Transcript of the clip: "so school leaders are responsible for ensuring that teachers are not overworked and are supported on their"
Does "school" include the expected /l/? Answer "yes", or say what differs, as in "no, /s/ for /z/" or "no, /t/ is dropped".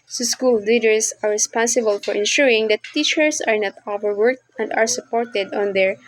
yes